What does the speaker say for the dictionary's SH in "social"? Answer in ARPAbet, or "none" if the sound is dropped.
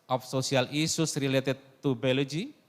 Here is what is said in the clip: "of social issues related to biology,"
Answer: S